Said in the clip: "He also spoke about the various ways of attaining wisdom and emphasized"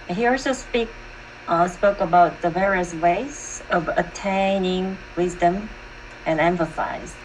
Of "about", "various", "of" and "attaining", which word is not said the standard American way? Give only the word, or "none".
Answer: none